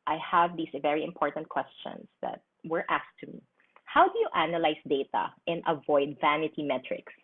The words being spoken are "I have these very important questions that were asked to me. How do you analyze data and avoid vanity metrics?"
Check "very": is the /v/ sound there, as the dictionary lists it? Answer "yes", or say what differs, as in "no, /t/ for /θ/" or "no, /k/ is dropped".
yes